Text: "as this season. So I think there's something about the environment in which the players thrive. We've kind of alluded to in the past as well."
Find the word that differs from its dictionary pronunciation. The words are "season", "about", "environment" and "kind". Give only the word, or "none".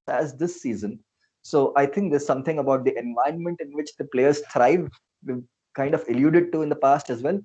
environment